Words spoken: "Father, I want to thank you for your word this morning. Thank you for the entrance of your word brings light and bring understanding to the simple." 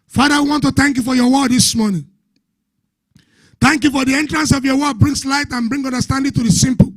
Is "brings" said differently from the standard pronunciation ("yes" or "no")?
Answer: yes